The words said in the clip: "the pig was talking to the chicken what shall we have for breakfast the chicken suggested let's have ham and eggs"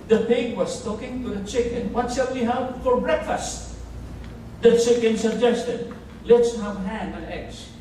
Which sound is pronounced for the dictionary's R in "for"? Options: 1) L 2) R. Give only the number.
1